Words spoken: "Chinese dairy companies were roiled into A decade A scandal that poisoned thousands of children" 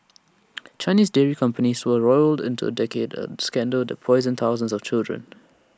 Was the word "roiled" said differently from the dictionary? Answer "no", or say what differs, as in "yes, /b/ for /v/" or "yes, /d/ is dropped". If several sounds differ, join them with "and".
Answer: no